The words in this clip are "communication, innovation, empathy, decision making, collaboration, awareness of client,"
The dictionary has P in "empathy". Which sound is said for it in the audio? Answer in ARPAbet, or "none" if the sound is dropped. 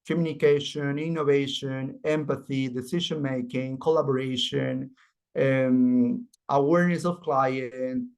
P